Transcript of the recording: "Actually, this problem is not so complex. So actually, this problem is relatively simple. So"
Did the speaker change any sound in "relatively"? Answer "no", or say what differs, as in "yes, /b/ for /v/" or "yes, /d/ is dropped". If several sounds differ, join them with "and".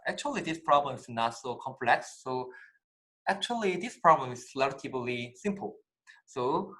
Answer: yes, /b/ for /v/